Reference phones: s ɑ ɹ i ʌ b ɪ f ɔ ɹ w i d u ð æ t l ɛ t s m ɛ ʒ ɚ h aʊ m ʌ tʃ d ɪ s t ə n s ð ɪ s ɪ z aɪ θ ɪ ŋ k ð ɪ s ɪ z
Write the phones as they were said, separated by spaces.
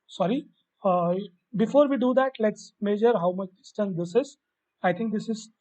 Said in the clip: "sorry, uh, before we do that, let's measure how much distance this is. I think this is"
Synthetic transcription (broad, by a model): s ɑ ɹ i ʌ b ɪ f ɔ ɹ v i d u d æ t l ɛ t s m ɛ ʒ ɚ h aʊ m ʌ tʃ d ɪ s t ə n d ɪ s ɪ z aɪ t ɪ ŋ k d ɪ s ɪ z